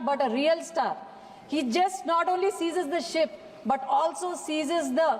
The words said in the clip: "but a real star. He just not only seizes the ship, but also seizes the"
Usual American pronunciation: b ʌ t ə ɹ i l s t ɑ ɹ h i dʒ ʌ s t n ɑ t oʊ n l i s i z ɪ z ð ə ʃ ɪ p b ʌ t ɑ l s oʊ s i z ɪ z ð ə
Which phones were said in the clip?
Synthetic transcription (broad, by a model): b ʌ t ə ɹ i l s t ɑ ɹ h i dʒ ʌ s t n ɑ t oʊ n l i s i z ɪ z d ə ʃ ɪ p b ʌ t ɑ l s oʊ s i z ɪ z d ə